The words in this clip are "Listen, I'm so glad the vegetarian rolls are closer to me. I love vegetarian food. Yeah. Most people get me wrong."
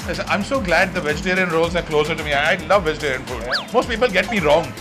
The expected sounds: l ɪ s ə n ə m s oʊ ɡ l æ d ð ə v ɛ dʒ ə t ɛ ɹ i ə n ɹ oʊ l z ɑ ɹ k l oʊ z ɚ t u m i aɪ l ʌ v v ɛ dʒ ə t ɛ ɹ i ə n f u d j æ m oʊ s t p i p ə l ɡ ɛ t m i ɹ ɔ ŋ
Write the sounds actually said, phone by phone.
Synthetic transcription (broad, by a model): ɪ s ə ə m s oʊ ɡ l æ d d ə v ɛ dʒ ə t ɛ ɹ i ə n ɹ oʊ l z ɑ ɹ k l oʊ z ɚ t u m i aɪ l ʌ v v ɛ dʒ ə t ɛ ɹ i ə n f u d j m oʊ s t p i p ə l ɡ ɛ t m i ɹ ɔ ŋ